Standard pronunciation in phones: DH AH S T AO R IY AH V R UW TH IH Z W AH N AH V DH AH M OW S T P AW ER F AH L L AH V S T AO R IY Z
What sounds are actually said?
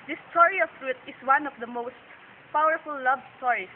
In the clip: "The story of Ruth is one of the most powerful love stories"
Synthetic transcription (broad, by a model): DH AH S T AO R IY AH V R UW T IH S W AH N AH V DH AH M OW S T P AW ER F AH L L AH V S T AO R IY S